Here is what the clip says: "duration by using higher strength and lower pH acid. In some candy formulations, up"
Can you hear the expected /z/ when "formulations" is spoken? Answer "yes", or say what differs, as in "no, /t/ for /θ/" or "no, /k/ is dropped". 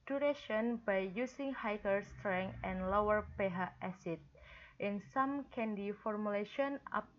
no, /z/ is dropped